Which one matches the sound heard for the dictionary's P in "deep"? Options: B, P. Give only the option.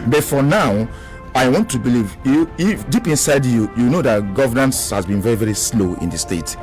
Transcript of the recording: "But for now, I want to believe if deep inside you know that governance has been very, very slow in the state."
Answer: P